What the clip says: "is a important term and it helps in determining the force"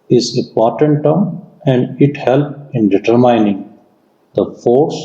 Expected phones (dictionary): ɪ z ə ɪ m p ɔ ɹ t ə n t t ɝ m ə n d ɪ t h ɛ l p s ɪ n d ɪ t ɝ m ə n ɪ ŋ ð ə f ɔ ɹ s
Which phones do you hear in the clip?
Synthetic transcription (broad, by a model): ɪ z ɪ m p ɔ ɹ t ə n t t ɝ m ə n d ɪ t h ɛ l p ɪ n d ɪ t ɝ m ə n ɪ ŋ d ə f ɔ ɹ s